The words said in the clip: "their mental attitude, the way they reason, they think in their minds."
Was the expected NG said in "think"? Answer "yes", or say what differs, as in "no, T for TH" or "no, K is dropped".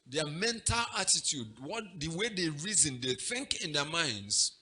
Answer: yes